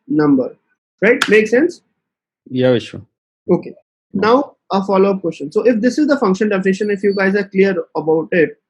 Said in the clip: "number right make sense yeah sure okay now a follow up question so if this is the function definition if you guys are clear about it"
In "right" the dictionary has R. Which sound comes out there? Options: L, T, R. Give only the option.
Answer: R